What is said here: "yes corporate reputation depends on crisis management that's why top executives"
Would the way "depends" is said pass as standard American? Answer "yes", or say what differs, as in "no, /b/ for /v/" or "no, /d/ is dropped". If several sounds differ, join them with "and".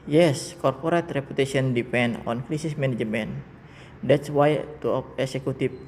no, /z/ is dropped